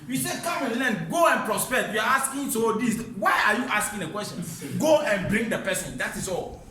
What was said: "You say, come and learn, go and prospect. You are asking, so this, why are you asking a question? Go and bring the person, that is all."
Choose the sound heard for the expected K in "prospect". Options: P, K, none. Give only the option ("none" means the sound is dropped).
none